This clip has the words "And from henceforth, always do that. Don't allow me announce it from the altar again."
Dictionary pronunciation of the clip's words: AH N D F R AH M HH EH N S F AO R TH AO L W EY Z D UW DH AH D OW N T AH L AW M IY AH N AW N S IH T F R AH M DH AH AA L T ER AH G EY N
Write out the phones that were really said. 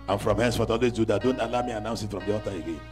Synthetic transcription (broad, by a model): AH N F R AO M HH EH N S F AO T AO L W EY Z D UW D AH D OW N T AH L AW M IY AH N AW N S IH T F R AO M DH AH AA T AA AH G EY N